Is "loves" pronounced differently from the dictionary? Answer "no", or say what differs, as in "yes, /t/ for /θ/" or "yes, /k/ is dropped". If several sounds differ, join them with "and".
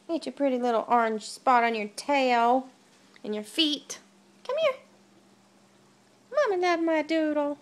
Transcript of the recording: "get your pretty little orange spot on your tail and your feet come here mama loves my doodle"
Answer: yes, /z/ is dropped